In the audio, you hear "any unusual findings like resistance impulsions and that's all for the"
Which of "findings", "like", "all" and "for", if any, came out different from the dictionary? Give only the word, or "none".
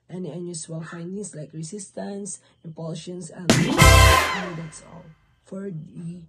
findings